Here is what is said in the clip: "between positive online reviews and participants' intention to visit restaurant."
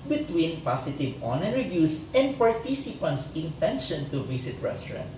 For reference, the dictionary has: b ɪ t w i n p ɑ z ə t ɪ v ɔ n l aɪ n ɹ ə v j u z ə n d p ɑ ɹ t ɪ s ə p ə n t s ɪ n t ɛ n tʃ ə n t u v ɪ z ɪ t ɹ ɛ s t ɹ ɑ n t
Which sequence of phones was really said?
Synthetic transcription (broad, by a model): b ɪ t w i n p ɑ s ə t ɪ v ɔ n aɪ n ɹ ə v j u s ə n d p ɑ ɹ t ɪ s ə p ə n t s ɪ n t ɛ n ʃ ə n t u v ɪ s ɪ t ɹ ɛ s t ɹ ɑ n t